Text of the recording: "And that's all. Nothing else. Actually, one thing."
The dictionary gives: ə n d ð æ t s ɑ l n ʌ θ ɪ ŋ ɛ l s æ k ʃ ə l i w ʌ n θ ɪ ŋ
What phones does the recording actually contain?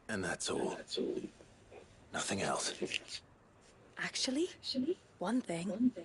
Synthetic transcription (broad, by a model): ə n ð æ t s ɑ l n ʌ θ ɪ ŋ ɛ l s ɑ k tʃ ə l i w ʌ n θ ɪ ŋ